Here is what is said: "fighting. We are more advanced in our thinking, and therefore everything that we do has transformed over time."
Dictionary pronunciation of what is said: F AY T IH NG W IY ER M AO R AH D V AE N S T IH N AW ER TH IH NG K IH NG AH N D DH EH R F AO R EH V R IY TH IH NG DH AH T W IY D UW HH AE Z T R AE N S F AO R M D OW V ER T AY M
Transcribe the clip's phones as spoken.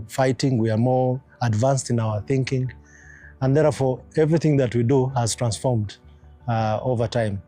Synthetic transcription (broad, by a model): F AY T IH NG W IY ER M AO R AH D V AE N S T IH N AW ER TH IH NG K IH NG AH N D DH EH R F AO R EH V R IY TH IH NG DH AH T W IY D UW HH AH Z T R AE N S F AO R M D OW V ER T AY M